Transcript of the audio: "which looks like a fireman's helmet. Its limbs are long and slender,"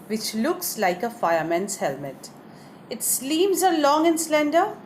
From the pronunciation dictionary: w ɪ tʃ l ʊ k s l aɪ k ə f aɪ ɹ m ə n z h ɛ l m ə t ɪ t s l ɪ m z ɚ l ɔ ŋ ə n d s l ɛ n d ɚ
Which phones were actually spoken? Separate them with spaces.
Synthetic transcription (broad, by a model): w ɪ tʃ l ʊ k s l aɪ k ə f aɪ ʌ m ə n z h ɛ l m ə t ɪ t s l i m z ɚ l ɔ ŋ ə n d s l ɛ n d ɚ